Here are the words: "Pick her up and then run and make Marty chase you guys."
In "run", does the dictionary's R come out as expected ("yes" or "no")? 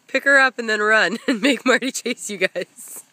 yes